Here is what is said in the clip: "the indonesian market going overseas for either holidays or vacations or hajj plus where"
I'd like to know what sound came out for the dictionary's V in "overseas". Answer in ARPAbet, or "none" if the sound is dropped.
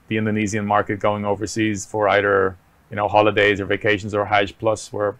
V